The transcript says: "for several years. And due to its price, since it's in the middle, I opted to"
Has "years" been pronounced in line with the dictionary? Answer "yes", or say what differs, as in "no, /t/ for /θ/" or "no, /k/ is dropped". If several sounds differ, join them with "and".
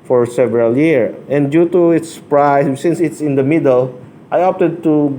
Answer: no, /z/ is dropped